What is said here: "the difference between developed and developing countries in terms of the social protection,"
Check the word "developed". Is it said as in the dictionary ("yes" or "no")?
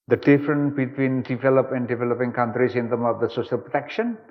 no